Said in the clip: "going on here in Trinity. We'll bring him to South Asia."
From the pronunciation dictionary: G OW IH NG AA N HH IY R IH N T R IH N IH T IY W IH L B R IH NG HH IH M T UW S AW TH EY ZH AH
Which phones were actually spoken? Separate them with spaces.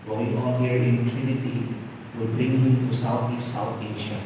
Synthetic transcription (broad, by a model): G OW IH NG AA N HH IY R IH N T R IH N IH T IY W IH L B R IH NG HH IH M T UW S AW T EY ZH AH